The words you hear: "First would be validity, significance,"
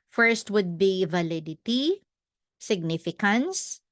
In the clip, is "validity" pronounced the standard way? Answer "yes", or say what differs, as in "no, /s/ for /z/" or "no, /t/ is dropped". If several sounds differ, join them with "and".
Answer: yes